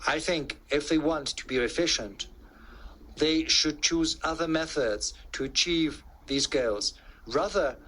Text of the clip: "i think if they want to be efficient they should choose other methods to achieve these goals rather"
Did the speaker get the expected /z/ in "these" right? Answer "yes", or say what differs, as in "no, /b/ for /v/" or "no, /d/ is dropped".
yes